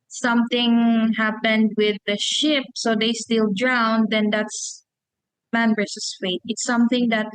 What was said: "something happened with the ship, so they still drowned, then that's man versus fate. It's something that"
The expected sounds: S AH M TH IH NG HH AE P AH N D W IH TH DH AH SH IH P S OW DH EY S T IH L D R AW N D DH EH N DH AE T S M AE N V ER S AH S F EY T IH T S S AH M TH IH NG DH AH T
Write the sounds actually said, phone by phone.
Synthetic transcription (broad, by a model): S AH M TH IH NG HH AE P AH N D W IH DH AH SH IH P S OW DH EY S T IH L D R AW N D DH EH N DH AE T S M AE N B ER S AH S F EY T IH T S S AH M TH IH NG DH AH T